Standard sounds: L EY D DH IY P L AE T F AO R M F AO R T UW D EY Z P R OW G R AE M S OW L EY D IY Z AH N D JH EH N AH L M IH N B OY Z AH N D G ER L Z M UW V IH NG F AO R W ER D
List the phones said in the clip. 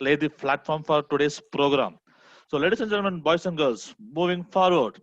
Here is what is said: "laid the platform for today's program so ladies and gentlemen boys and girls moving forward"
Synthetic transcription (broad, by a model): L EY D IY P L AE T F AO R M F AO R T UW D EY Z P R OW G R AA M S OW L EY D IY S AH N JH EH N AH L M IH N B OY S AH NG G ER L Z M UW V IH NG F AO R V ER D